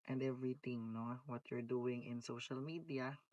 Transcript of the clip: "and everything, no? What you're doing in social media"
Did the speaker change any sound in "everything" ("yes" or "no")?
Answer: yes